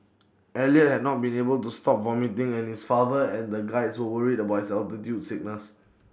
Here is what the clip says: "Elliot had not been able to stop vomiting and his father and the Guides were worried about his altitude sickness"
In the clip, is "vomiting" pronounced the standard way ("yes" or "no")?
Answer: yes